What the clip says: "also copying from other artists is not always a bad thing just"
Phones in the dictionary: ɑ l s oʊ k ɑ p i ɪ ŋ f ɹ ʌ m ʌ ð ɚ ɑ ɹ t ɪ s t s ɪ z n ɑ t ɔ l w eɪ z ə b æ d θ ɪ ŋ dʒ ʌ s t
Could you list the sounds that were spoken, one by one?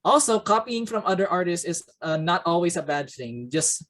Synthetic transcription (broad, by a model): ɑ l s oʊ k ɑ p i ɪ ŋ f ɹ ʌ m ʌ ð ɚ ɑ ɹ t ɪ s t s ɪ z n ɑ t ɔ l w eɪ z ə b æ d θ ɪ ŋ dʒ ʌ s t